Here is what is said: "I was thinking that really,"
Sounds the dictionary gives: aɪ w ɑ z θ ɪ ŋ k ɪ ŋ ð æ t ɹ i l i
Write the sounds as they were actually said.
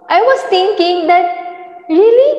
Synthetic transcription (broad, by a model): aɪ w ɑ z t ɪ ŋ k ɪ ŋ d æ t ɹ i l i